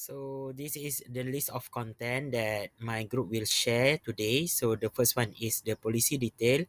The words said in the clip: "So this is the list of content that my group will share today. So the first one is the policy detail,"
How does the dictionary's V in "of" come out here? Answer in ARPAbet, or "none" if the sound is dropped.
F